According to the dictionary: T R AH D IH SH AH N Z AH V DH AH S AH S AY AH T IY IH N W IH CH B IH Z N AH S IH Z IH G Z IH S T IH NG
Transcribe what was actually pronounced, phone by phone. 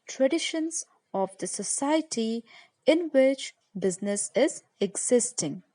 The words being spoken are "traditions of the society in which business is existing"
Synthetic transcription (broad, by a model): T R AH D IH SH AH N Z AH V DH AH S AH S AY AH T IY IH N W IH CH B IH Z N AH S IH Z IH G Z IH S T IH NG